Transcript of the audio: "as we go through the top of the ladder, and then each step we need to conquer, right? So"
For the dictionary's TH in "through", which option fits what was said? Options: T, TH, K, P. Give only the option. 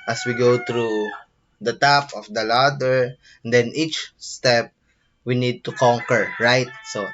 T